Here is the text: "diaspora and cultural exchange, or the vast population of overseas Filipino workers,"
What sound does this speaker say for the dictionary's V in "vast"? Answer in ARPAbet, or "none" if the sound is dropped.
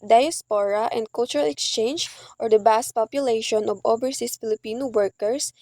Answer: B